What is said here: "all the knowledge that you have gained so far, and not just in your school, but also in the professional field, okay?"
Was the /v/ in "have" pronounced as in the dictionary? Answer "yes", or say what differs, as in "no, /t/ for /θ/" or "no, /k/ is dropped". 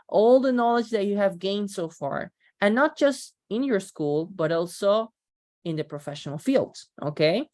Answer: yes